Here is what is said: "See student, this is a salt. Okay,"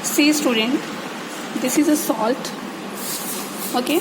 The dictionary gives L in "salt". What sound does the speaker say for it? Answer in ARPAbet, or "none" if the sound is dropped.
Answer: L